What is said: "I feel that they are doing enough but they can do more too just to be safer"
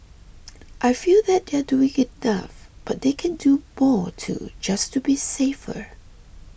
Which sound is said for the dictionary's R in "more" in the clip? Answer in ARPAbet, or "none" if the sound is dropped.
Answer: R